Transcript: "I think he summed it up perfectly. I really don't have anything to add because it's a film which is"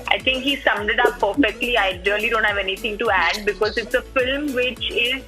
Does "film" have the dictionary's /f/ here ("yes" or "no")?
yes